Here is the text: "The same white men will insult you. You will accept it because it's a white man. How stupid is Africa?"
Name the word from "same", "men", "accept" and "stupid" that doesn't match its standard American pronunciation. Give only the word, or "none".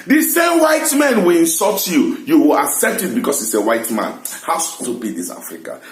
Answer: stupid